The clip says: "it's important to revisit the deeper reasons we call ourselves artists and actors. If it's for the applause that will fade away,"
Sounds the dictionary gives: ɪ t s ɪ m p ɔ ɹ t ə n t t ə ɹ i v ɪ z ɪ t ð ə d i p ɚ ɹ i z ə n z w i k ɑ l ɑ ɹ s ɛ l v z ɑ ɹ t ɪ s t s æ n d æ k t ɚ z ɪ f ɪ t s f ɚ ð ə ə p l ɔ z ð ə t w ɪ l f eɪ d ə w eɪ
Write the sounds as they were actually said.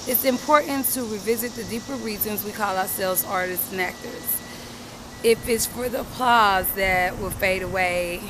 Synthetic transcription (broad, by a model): ɪ t s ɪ m p ɔ ɹ t n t t ə ɹ i v ɪ z ɪ t ð ə d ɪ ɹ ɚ ɹ i z ə n z w i k ɑ l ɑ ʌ s ɛ l v z ɑ ɹ t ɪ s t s n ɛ k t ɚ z ɪ f ɪ t s f ɚ ð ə ə p l ɔ z ð ə t w ɪ l f eɪ d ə w eɪ